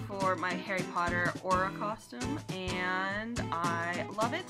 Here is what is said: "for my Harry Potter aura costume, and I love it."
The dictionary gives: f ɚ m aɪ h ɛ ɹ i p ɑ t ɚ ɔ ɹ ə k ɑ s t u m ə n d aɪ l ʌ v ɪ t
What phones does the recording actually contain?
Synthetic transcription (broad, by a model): f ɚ m aɪ h ɛ ɹ i p ɑ t ɚ ɔ ɹ ə k ɑ s t u m ə n d aɪ l ʌ v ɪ t